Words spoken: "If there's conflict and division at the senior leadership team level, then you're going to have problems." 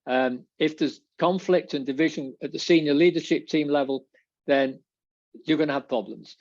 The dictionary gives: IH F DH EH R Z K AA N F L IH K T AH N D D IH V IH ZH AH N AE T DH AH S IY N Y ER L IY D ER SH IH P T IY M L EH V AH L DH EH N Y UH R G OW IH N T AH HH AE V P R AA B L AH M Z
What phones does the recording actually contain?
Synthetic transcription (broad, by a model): IH F DH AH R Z K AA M F L IH K T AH N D D IH V IH ZH AH N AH T DH AH S IY N Y ER L IY D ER SH IH P T IY M L EH V AH L DH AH N Y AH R G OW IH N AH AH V P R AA B L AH M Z